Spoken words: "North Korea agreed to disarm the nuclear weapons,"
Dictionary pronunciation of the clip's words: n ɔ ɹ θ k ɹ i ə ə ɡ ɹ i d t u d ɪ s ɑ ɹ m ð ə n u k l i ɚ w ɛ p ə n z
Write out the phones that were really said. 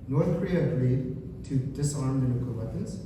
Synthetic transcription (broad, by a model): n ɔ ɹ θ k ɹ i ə ə ɡ ɹ i d t u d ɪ s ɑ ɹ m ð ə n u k i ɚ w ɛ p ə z